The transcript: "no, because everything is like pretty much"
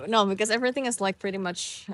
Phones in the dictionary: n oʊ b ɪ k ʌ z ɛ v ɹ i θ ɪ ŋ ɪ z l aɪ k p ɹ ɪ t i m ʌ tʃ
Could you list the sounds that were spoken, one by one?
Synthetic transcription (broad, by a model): n oʊ b ɪ k ʌ z ɛ v ɹ i θ ɪ ŋ ɪ z l aɪ k p ɹ ɪ t i m ʌ tʃ